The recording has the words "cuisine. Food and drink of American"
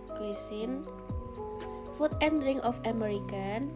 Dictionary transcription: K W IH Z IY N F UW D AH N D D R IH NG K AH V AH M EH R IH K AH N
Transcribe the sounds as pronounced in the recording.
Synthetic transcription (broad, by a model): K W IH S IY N F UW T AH N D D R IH NG AH F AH M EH R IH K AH N